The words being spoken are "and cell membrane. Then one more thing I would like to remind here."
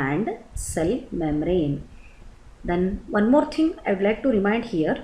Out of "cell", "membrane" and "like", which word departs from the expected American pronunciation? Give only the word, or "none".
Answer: membrane